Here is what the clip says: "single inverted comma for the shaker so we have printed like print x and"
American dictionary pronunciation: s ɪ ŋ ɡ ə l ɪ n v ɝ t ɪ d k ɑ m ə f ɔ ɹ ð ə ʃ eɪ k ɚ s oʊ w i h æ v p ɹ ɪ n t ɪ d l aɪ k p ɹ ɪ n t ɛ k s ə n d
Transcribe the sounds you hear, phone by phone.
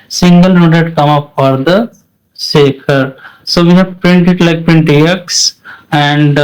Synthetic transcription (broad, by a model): s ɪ ŋ ɡ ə l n ɔ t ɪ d k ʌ m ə f ɔ ɹ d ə s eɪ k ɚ s oʊ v i h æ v p ɹ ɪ n t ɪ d l aɪ k p ɹ ɪ n t ɛ k s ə n d